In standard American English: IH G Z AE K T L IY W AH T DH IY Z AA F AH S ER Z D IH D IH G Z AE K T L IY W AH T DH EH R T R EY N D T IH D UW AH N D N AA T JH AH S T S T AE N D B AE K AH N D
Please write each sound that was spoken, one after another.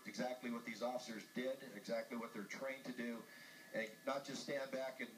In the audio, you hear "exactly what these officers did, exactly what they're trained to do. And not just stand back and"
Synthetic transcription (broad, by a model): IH G Z AE K T L IY W AH T DH IY Z AA F AH S ER Z D IH D IH G Z AE K T L IY W AH T DH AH R T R EY N T IH D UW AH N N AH T JH AH S T S T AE N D B AE K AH N